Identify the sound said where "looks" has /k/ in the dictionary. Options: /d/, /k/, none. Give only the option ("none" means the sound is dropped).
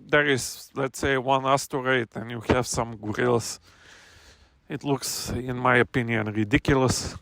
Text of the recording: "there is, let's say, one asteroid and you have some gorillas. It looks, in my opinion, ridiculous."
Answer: /k/